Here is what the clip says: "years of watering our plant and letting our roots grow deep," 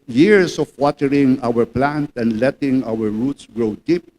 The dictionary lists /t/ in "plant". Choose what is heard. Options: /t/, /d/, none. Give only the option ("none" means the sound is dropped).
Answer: /t/